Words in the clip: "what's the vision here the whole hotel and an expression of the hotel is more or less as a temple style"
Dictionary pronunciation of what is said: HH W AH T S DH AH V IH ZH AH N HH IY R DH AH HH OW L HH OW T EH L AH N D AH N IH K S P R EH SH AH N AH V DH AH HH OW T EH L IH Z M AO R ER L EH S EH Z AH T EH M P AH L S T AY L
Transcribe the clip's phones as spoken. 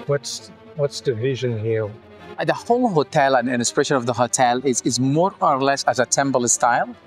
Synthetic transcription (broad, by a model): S W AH T S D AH V IH ZH AH N HH IY R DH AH HH OW L HH OW T EH L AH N AH N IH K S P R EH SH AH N AH V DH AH HH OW T EH L IH Z M AO R ER L EH S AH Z AH T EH M B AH L S T AY L